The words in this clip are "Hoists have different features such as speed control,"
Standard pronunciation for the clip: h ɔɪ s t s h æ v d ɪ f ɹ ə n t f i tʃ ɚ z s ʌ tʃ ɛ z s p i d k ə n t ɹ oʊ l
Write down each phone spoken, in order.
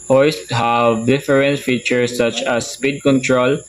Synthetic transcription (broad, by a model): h ɔɪ s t h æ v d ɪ f ɹ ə n t f i tʃ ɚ s ʌ tʃ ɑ s p i d k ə n t ɹ oʊ l